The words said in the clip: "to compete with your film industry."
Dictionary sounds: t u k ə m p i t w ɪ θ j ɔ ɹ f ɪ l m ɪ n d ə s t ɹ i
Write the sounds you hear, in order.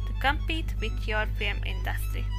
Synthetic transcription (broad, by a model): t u k ə m p i t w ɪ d j ɔ ɹ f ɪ m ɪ n d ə s t ɹ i